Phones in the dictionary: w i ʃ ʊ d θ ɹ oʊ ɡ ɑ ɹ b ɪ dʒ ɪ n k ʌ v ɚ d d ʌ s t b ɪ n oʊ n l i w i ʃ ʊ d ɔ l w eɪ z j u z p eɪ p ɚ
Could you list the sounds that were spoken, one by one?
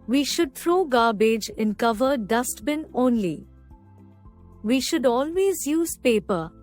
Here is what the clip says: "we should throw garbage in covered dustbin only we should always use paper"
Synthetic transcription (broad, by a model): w i ʃ ʊ d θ ɹ oʊ ɡ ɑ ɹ b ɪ dʒ ɪ n k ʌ v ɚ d d ʌ s t b ɪ n oʊ n l i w i ʃ ʊ d ɔ l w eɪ z j u z p eɪ p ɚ